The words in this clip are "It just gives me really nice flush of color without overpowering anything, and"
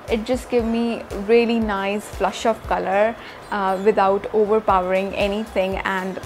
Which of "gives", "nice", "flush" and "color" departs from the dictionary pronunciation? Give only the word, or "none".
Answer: gives